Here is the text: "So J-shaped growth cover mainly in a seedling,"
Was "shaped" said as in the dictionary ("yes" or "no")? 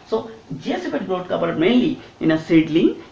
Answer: no